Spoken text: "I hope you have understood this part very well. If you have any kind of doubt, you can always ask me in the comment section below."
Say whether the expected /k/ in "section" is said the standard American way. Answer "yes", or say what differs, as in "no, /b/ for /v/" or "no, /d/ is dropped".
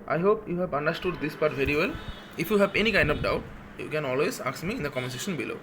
no, /k/ is dropped